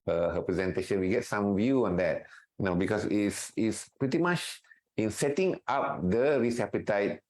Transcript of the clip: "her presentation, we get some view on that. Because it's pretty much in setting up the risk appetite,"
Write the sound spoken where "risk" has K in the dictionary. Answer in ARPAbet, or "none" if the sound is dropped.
none